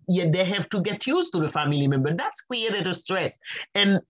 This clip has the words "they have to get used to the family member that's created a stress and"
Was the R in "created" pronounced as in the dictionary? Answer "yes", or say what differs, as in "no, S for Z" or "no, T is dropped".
no, W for R